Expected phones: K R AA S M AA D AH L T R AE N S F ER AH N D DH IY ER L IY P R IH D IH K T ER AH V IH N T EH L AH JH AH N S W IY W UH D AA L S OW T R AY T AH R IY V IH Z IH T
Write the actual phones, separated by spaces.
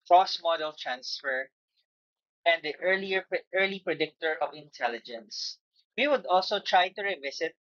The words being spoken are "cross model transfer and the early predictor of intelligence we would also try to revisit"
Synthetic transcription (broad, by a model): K R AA S M AA D AH L T R AE N S F ER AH N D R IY ER L IY P R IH D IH K T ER AH V IH N T EH L AH JH AH N S W IY W UH D AA L S OW T R AY T AH R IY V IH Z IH T